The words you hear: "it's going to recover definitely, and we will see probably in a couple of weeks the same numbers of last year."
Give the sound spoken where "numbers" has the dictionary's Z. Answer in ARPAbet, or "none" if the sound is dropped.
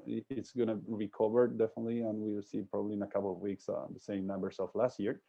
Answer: S